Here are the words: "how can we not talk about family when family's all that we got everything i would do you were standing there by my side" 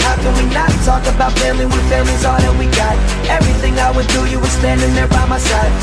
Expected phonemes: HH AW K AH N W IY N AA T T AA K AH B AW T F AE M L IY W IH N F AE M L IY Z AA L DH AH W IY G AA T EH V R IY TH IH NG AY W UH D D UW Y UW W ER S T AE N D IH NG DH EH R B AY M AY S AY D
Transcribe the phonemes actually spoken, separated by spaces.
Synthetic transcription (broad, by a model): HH AW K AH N W IY N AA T T AA K AH B AW T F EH L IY W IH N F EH L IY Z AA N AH W IY G AA T EH V R IY TH IH NG AY W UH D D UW Y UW W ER S T AE N D IH NG DH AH R B AY M AY S AY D